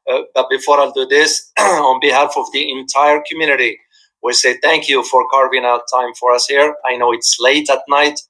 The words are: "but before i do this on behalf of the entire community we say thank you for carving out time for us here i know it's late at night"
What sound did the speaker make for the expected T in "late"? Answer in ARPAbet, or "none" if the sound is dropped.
T